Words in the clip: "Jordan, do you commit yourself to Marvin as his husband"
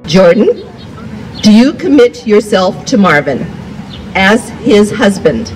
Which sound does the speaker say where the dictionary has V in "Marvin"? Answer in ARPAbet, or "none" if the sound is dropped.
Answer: V